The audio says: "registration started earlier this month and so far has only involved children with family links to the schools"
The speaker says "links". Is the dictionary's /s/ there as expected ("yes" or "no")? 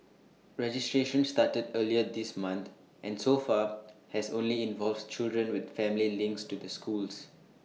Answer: yes